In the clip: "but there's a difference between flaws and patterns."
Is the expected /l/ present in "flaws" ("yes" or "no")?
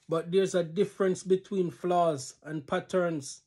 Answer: yes